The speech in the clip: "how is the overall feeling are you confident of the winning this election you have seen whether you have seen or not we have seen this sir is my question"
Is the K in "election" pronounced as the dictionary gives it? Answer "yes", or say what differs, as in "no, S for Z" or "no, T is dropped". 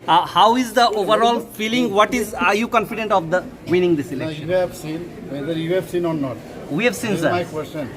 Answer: no, K is dropped